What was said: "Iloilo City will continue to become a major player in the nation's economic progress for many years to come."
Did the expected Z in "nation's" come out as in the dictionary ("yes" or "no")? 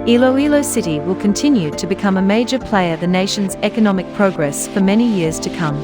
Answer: yes